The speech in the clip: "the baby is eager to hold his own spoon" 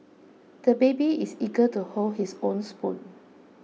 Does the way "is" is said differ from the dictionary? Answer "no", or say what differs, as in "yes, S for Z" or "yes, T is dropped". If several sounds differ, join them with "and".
yes, S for Z